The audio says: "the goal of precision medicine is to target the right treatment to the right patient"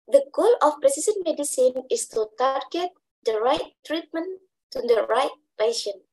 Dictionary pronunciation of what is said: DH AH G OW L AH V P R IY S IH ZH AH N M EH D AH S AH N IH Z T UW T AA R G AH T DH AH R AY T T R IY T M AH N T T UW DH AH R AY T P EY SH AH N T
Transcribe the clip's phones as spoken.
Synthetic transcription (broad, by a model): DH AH G OW L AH F P R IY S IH S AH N M EH D AH S AH N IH S T UW T AA R G AH T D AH R AY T T R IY T M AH N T T UW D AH R AY T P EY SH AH N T